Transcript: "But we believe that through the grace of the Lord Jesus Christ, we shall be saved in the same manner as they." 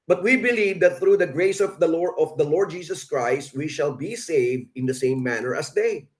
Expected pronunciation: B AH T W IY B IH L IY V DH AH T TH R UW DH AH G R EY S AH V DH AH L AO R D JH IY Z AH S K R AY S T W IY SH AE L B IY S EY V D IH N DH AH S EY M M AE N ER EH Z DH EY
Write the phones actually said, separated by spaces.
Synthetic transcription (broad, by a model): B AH T W IY B IH L IY V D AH T TH R UW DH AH G R EY S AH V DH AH L AO R D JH IY S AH S K R AY S T W IY SH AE L B IY S EY V D IH N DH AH S EY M M AE N ER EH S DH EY